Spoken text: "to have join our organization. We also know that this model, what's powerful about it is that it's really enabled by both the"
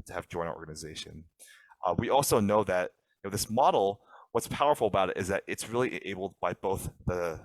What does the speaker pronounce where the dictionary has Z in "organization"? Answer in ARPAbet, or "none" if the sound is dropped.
Z